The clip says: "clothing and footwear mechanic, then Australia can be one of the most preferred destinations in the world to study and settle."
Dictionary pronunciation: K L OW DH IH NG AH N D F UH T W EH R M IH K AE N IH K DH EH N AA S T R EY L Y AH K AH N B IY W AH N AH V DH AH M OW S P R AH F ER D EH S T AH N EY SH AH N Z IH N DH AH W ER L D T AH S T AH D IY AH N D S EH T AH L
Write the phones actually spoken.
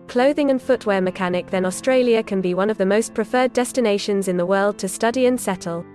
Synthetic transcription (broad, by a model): K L OW DH IH NG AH N F UH T W EH M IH K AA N IH K DH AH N AA S T R EY L Y AH K AH N B IY W AH N AH V DH AH M OW S P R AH F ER D EH S T AH N EY SH AH N Z IH N DH AH W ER L D T AH S T AH D IY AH N S EH T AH L